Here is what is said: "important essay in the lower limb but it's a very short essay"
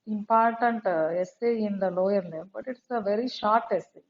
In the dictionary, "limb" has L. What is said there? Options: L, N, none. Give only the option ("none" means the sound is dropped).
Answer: N